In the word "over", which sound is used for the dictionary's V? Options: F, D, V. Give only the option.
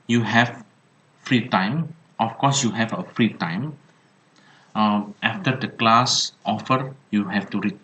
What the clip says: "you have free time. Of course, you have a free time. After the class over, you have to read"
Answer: F